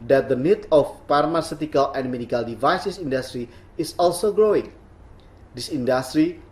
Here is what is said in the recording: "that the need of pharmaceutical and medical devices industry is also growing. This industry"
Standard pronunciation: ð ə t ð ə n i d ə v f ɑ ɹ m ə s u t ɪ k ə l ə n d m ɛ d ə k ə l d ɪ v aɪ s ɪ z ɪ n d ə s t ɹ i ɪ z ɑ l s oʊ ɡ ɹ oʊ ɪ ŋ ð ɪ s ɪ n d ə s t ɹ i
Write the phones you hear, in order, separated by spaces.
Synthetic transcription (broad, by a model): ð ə t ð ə n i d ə f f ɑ ɹ m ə s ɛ t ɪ k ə l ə n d m ɛ d ə k ə l d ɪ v aɪ s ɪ s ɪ n d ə s t ɹ i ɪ s ɑ l s oʊ ɡ ɹ oʊ ɪ ŋ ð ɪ s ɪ n d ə s t ɹ i